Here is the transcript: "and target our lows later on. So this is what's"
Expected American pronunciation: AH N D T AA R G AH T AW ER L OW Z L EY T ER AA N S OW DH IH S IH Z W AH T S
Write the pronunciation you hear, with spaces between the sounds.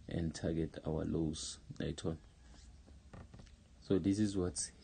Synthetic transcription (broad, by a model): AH N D T AA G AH T AW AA L OW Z N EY T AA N S OW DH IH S IH Z W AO T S